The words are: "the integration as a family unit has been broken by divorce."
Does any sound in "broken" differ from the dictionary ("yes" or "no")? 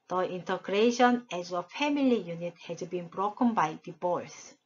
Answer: no